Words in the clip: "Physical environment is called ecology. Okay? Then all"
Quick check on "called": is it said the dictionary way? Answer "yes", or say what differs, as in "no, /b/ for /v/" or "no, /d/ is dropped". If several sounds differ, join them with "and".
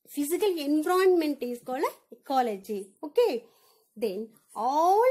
no, /d/ is dropped